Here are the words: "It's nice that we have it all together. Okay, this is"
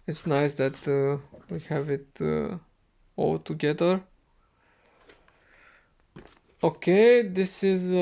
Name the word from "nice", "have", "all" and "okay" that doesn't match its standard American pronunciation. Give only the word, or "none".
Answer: none